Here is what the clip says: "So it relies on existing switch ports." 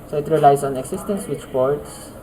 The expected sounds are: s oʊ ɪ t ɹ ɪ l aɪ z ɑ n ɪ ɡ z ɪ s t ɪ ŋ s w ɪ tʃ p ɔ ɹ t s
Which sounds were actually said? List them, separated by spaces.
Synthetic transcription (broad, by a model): s oʊ ɪ t ɹ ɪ l aɪ s ɑ n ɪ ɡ s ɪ s t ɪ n s w ɪ tʃ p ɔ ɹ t s